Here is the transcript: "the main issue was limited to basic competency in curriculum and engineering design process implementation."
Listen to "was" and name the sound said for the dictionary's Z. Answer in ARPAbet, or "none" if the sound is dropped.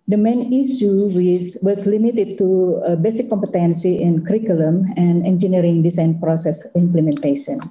S